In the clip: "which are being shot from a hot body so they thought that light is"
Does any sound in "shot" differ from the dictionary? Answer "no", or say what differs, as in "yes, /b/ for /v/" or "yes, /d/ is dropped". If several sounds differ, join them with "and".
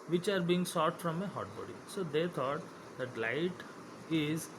yes, /s/ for /ʃ/